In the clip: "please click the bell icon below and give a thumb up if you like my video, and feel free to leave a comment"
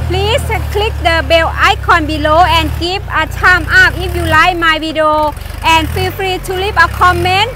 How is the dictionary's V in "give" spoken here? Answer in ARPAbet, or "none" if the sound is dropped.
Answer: P